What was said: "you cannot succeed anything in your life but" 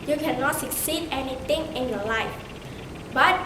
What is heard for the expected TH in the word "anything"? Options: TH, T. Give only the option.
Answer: T